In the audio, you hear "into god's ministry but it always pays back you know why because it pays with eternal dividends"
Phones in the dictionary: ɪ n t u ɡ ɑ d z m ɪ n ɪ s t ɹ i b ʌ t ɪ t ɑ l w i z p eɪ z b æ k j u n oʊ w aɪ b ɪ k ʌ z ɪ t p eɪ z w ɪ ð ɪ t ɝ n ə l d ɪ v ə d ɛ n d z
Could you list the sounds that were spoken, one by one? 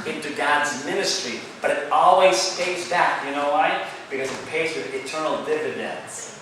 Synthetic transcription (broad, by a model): ɪ n t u ɡ ɑ d z m ɪ n ɪ s t ɹ i b ʌ t ɪ t ɑ l w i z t eɪ s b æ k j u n oʊ w aɪ b ɪ k ʌ z ɪ t p eɪ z w ɪ ð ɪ t ɝ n l d ɪ v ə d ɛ n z